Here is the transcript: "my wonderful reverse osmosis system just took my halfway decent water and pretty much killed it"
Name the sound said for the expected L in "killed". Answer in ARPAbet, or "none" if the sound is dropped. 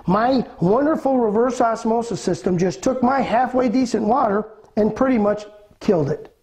L